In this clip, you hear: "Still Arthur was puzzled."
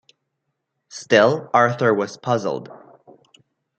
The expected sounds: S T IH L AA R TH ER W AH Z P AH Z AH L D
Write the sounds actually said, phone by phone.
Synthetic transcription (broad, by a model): S T IH L AA R TH ER W AH Z P AH Z L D